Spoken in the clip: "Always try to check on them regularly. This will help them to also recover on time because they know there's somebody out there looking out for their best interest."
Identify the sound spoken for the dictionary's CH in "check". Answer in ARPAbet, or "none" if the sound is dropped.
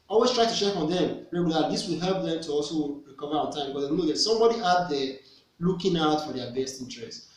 SH